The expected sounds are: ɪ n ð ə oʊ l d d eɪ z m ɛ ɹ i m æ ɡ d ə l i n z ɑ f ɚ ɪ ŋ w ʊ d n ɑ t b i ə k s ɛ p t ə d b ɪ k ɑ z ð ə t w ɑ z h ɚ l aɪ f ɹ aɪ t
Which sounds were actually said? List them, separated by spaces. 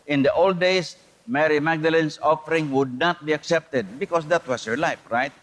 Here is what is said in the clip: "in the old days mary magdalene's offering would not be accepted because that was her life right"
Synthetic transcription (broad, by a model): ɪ n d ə oʊ l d d eɪ s m ɛ ɹ i m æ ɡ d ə l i n s ɑ f ɚ ɪ ŋ w ʊ d n ɑ t b i ə k s ɛ p t ə d b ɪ k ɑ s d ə t w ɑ s h ɚ l aɪ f ɹ aɪ t